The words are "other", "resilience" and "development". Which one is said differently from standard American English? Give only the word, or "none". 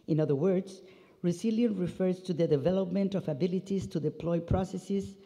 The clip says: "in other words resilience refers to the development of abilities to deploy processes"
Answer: resilience